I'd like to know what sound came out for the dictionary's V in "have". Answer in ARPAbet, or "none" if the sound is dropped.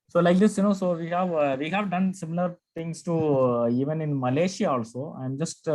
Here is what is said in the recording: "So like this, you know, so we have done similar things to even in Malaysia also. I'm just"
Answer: V